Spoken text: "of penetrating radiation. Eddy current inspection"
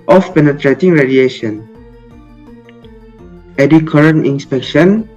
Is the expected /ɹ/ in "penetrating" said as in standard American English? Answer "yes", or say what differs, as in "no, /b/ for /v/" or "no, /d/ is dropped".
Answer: yes